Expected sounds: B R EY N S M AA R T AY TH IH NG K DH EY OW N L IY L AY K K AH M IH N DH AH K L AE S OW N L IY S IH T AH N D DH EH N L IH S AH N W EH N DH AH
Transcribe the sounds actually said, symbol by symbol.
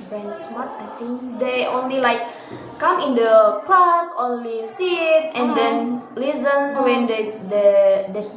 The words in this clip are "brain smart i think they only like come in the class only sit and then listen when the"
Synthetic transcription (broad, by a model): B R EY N S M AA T AY T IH NG K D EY OW N L IY L AY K K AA M IH N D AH K L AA S OW N L IY S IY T AH N D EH N L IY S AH N W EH N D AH